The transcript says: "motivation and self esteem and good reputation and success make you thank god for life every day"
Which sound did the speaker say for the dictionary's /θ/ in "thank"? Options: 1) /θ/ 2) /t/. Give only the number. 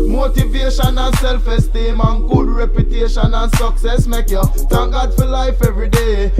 2